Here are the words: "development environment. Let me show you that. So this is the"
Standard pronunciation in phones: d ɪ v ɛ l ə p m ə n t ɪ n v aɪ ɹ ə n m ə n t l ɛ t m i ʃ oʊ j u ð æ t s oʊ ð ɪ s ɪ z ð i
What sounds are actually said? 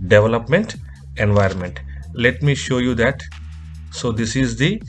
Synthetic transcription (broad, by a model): d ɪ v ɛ l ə p m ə n t ɪ n v aɪ ɹ ə n m ə n t l ɛ t m i ʃ oʊ j u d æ t s oʊ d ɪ s ɪ z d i